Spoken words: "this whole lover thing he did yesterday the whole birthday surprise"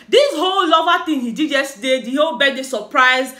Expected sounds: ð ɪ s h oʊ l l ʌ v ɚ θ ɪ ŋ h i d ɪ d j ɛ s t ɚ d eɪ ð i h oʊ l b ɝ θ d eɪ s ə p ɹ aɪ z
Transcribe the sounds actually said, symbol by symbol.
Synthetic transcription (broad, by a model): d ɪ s h oʊ l l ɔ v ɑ t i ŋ h i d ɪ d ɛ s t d eɪ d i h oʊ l b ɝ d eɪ s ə p ɹ aɪ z